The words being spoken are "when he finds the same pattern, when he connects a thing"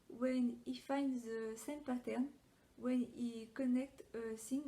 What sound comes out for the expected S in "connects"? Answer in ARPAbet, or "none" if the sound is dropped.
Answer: none